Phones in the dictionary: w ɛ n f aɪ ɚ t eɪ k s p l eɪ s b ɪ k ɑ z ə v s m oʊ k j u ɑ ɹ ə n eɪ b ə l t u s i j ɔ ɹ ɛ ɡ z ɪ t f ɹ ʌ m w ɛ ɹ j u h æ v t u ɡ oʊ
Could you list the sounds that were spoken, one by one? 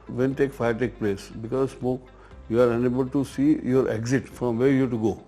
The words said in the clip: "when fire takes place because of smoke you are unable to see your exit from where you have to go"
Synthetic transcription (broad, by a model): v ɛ n f aɪ ɚ t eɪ k p l eɪ s b ɪ k ɑ z s m oʊ k j u ɑ ɹ ə n eɪ b ə l t u s i j ɔ ɹ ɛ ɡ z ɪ t f ɹ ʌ m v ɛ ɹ j u t u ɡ oʊ